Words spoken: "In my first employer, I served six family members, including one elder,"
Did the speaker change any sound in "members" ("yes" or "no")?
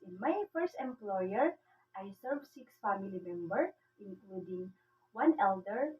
yes